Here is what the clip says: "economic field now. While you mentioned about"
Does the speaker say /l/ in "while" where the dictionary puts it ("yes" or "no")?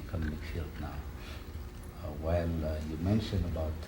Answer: no